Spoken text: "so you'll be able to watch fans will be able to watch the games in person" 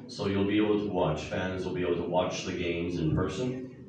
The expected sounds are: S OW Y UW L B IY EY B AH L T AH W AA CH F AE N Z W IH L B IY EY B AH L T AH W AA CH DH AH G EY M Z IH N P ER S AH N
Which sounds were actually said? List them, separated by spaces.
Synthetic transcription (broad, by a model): S OW Y UW L B IY EY B L T AH W AA CH F AE N Z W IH L B IY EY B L T AH W AA CH DH AH G EY M Z IH N P ER S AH N